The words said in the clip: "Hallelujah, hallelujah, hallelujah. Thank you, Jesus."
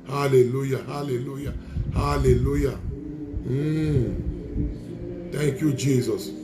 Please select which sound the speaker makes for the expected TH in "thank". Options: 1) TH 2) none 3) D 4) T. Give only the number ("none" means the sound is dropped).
4